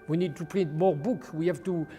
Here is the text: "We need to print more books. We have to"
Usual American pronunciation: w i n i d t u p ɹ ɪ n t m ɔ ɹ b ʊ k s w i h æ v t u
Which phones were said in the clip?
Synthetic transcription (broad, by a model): w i n i d t u p ɹ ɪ n t m ɔ ɹ b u k w i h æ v t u